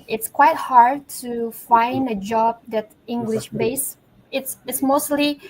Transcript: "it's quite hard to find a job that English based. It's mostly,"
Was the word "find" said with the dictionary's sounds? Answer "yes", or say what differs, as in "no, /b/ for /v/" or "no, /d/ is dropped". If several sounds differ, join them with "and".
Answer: yes